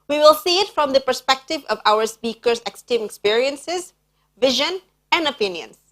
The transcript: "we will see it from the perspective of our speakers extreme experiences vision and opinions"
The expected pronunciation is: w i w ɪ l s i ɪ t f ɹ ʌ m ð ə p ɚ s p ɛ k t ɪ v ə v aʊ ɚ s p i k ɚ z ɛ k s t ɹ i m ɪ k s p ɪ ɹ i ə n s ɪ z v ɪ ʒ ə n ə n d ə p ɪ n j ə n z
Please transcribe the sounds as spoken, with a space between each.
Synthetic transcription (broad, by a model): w i w ɪ l s i ɪ t f ɹ ʌ m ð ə p ɚ s p ɛ k t ɪ v ə v aʊ ɚ s p i k ɚ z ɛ k s t i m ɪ k s p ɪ ɹ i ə n s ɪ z v ɪ ʒ ə n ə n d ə p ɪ n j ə n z